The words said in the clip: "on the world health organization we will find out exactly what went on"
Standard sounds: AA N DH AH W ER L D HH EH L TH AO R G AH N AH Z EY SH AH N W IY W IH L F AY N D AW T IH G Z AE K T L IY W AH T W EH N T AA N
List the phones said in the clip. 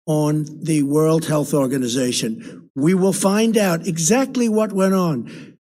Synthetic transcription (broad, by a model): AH N DH AH W ER L D HH EH L TH AO R G AH N AH Z EY SH AH N W IY W IH L F AY N D AW T IH G Z AE K T L IY W AH T W EH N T N